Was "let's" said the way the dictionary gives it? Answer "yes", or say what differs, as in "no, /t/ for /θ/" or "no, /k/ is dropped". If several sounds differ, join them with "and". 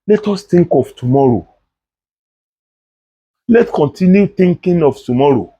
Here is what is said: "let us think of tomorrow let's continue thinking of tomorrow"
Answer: no, /s/ is dropped